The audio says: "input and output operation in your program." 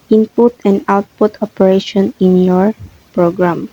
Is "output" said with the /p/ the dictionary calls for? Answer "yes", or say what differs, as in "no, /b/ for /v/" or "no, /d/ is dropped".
yes